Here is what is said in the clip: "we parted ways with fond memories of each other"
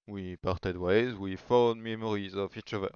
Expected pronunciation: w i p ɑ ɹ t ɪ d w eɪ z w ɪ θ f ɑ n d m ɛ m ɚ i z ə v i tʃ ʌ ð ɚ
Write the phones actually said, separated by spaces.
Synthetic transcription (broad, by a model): w i p ɑ ɹ t ɪ d w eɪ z w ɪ f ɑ l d m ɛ m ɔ i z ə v i tʃ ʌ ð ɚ